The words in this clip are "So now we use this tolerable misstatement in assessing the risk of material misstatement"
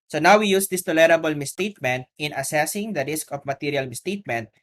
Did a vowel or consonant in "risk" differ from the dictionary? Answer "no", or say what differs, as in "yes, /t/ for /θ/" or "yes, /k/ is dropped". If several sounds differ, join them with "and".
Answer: no